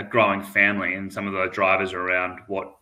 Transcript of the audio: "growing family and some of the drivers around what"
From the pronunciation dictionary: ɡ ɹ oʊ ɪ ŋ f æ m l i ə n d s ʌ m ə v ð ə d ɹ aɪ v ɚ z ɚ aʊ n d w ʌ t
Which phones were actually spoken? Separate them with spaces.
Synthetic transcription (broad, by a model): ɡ ɹ oʊ ɪ ŋ f æ m l i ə n s ʌ m ə v ð ə d ɹ aɪ v ɚ z ɚ aʊ n d w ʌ t